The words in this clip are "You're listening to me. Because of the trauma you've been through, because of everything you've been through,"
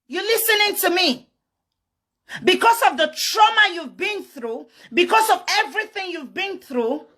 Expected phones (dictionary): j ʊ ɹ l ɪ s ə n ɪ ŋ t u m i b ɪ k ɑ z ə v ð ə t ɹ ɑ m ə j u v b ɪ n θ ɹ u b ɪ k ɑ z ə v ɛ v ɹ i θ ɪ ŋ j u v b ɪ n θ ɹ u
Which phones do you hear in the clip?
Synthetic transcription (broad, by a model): j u l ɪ s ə n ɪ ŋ t u m i b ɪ k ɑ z ə v ð ə t ɹ ɑ m ə j u v b ɪ n θ ɹ u b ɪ k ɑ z ə v ɛ v ɹ i θ ɪ ŋ j u v b ɪ n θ ɹ u